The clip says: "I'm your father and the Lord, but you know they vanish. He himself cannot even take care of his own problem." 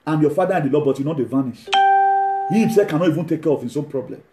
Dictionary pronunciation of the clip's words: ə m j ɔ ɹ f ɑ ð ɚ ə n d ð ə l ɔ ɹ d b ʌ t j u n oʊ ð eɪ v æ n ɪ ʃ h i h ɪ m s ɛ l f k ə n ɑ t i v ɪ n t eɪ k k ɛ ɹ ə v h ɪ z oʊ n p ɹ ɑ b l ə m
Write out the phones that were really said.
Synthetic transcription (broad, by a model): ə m j ɔ f ɑ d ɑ ə n d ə l ɔ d b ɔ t j u n oʊ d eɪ v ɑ n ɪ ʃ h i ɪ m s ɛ k ə n ɑ t i v ɪ n t eɪ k k ɛ ɹ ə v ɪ s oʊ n p ɹ ɑ b l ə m